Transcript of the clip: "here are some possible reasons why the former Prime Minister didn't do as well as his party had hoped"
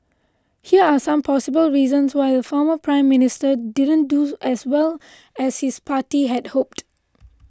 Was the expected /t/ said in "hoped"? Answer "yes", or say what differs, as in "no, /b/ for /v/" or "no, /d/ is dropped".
yes